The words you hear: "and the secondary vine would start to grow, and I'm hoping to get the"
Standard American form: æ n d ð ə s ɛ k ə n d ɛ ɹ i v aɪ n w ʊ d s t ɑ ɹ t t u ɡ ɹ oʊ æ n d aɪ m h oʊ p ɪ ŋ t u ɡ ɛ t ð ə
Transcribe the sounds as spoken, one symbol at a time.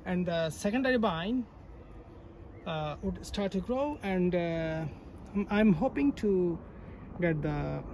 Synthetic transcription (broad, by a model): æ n d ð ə s ɛ k ə n d ɛ ɹ i b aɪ n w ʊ d s t ɑ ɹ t t u ɡ ɹ oʊ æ n d aɪ m h oʊ p ɪ ŋ t u ɡ ɛ t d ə